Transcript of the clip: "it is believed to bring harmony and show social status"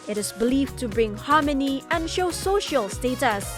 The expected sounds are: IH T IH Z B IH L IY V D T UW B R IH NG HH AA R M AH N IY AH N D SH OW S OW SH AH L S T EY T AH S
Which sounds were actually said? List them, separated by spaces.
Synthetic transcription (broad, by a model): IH T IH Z B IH L IY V T UW B R IH NG HH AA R M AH N IY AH N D SH OW S OW SH AH L S T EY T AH S